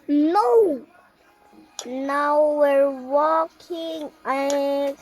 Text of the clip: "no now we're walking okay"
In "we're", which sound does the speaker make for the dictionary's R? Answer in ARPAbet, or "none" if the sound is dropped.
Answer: R